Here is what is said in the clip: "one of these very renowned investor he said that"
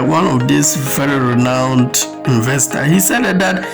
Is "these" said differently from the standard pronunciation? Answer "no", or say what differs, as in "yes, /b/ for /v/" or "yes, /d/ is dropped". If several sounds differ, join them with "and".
yes, /s/ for /z/